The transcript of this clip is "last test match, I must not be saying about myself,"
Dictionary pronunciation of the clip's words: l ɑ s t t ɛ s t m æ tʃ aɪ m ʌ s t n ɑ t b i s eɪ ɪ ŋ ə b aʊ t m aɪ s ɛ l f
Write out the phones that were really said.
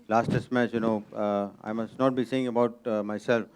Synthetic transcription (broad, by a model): l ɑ s t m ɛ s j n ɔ aɪ m ʌ s t n ɑ t b i s eɪ ɪ ŋ ə b aʊ t m aɪ s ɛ l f